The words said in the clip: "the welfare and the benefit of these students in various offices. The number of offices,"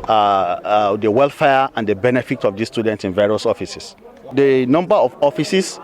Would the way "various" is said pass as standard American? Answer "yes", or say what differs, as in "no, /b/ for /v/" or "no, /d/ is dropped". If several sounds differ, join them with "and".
yes